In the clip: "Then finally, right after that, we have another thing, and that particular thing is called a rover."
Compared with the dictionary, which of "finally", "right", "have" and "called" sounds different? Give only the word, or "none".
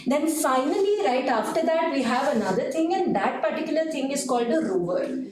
none